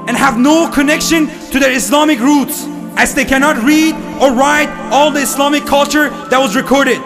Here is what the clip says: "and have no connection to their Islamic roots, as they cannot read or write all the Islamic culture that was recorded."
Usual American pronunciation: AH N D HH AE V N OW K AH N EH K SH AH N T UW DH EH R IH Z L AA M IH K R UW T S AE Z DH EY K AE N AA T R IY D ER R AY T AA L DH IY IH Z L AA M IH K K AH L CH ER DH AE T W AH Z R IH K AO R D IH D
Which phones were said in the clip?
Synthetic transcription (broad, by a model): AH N HH AE V N OW K AH N EH K SH AH N T UW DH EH R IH S L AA M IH K R UW T S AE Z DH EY K AE N AA T R IY D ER R AY T AA L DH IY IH S L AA M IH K K AH L CH ER DH AE T W AH Z R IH K AO R D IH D